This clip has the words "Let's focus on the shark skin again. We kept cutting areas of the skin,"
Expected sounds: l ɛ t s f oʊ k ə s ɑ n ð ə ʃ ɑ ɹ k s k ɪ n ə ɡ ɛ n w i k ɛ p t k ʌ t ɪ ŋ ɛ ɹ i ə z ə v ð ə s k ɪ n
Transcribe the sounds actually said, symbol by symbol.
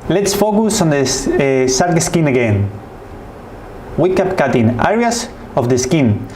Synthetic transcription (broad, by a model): l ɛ t s f oʊ k ə s ɑ n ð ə s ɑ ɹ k s k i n ə ɡ ɛ n w i k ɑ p k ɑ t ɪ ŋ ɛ ɹ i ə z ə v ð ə s k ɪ n